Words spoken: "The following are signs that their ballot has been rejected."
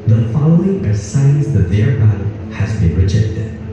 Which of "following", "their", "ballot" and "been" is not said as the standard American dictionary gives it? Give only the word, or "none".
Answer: ballot